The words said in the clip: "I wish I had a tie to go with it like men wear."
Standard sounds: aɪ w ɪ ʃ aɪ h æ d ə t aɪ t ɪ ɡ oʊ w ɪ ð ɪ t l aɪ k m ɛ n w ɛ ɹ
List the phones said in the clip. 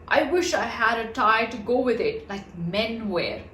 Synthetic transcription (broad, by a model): aɪ w ɪ ʃ aɪ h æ d ə t aɪ t ɪ ɡ oʊ w ɪ ð ɪ t l aɪ k m ɛ n w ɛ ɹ